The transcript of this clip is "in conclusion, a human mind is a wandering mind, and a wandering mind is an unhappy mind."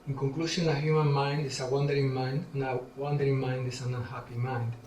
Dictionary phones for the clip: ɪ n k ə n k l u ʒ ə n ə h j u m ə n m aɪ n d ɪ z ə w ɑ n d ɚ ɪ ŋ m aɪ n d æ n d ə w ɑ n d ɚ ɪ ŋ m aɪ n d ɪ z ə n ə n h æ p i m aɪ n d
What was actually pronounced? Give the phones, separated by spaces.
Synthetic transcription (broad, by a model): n k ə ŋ k l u ʃ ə n ə h j u m ə n m aɪ n d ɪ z ə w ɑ n d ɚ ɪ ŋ m aɪ n d n ə w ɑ n d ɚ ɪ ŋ m aɪ n d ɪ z ə n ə n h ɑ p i m aɪ n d